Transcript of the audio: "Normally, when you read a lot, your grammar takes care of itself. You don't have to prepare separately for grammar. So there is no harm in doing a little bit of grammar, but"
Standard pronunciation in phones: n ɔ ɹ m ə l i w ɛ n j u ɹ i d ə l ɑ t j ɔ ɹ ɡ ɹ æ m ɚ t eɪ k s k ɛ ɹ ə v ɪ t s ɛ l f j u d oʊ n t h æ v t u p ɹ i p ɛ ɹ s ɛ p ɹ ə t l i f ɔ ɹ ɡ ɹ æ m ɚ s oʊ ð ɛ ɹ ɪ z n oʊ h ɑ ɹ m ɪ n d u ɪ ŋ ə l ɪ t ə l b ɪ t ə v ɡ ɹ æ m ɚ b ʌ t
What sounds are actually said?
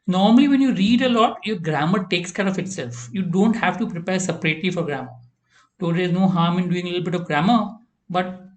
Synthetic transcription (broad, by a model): n ɔ ɹ m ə l i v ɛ n j u ɹ i d ə l ɑ t j ɔ ɹ ɡ ɹ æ m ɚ t eɪ k s k ɛ ɹ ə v ɪ t s ɛ l f j u d oʊ n t h æ v t u p ɹ i p ɛ ɹ s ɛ p ɹ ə t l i f ɔ ɹ ɡ ɹ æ m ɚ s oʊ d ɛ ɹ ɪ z n oʊ h ɑ ɹ m ɪ n d u ɪ ŋ ə l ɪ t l b ɪ t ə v ɡ ɹ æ m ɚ b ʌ t